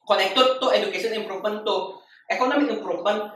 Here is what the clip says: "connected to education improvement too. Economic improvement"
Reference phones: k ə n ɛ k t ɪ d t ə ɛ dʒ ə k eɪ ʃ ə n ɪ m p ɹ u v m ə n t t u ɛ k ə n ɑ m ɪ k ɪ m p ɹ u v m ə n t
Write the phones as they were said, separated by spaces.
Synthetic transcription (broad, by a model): k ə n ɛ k t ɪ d t ə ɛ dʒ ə k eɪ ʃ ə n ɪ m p ɹ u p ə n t t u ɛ k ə n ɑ m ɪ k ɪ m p ɹ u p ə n